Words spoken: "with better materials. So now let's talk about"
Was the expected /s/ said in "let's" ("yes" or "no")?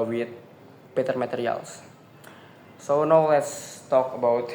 yes